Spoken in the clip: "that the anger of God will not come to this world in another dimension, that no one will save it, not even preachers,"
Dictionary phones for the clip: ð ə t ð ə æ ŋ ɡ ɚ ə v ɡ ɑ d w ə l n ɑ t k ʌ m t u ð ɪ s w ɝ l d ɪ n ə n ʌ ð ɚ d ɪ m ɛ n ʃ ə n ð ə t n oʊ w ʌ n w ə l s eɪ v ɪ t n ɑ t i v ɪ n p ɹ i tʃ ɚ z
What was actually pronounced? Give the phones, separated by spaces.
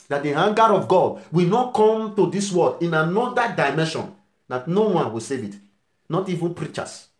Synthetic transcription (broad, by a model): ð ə t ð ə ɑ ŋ ɡ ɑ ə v ɡ ɑ d w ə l n ɑ t k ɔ m t u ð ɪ s w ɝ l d ɪ n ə n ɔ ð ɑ d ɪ m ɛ n ʃ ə n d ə t n oʊ w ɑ n w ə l s eɪ v ɪ t n ɑ t i v ɪ n p ɹ i tʃ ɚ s